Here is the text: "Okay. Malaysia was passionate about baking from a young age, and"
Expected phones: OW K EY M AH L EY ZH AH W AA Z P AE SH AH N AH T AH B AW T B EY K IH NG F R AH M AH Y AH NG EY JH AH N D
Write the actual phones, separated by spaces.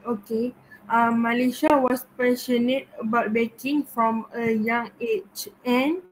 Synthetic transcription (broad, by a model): OW K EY M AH L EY SH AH W AA S P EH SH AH N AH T AH B AW T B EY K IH NG F R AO M AH Y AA NG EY CH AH N